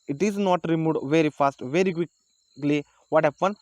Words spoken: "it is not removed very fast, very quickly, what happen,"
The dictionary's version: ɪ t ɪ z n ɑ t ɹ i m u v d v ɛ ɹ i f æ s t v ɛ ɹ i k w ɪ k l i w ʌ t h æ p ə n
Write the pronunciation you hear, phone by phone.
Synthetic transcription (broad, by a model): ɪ t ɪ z n ɑ t ɹ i m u d v ɛ ɹ i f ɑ s t v ɛ ɹ i k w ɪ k l i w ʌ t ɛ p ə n